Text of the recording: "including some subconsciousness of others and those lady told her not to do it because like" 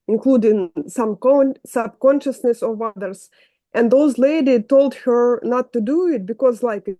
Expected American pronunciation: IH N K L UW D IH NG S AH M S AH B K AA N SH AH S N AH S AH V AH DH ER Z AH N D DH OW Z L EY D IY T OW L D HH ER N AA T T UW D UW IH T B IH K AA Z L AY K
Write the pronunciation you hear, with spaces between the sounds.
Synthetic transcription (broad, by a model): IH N K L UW D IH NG S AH M S AH B K AA N SH AH S N AH S AH V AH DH ER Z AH N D DH OW Z L EY D IY T OW L D HH ER N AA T T UW D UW IH T B IH K AA Z L AY K